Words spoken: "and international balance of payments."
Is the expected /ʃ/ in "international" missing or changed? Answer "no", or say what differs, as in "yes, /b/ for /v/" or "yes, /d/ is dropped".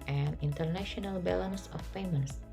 no